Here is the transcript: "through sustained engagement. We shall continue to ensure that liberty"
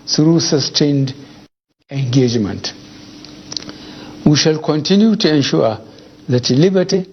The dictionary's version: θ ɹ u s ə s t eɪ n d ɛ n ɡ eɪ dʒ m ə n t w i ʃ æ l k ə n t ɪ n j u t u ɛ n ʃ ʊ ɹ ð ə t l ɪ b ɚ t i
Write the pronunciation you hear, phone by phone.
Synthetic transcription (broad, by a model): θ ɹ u s ə s t eɪ n d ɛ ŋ ɡ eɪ dʒ m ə n t w i ʃ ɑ l k ə n t ɪ n j u t u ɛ n ʃ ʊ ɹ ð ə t l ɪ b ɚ t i